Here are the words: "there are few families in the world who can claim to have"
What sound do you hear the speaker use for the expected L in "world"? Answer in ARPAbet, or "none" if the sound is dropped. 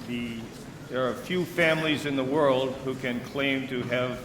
L